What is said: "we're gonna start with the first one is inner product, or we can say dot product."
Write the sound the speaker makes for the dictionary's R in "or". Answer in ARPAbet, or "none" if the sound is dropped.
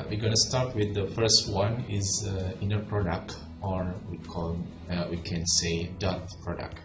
R